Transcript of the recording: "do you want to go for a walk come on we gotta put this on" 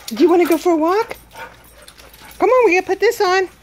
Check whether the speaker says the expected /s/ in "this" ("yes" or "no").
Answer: yes